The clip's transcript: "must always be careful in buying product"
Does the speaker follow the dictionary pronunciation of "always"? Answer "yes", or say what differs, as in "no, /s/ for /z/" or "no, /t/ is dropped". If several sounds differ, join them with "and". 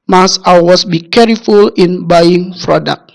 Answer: no, /l/ is dropped and /s/ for /z/